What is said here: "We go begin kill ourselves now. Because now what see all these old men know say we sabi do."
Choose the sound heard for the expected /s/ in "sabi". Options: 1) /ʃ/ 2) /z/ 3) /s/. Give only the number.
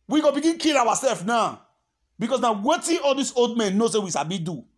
1